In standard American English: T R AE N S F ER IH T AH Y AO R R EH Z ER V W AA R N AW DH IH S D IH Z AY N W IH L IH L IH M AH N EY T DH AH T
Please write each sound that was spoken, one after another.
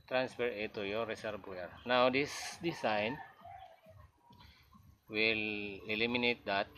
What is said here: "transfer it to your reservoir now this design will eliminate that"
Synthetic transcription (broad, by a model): T R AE N S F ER IH T AH Y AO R R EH S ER B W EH R N AW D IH S D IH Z AY N W IH L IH L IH M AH N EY T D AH T